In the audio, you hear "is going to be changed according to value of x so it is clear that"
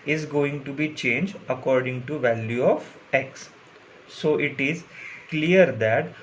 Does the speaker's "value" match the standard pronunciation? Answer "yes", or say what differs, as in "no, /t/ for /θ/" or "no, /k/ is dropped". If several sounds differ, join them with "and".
yes